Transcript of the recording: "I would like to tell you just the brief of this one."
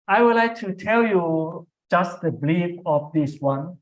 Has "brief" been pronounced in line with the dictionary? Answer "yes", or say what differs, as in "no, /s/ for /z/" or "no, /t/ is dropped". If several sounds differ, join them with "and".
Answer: no, /l/ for /ɹ/